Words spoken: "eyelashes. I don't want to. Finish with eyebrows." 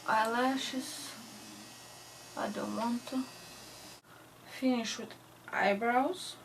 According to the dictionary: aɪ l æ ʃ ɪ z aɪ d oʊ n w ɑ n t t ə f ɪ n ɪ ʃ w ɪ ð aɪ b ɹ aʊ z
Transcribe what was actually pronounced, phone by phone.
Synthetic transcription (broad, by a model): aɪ l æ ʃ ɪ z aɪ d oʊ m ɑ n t t ə f ɪ n ɪ ʃ w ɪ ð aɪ b ɹ aʊ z